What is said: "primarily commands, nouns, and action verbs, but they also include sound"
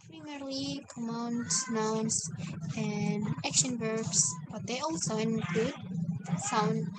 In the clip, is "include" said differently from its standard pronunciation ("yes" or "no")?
yes